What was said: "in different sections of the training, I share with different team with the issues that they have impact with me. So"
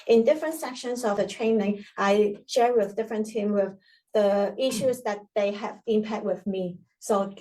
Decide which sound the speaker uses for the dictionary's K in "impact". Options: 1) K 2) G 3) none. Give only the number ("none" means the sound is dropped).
3